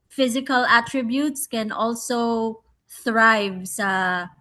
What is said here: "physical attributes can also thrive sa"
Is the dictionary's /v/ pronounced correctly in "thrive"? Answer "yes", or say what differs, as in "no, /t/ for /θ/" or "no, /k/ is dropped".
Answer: yes